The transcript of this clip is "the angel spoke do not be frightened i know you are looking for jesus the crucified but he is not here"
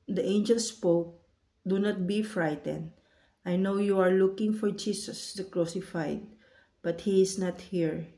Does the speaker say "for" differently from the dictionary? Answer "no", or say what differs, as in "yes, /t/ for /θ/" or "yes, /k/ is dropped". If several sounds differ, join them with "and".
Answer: no